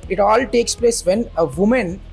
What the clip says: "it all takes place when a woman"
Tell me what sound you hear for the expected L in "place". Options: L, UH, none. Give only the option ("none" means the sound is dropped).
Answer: L